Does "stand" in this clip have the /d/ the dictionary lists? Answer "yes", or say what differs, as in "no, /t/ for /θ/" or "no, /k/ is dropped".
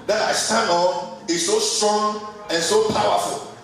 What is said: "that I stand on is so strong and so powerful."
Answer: no, /d/ is dropped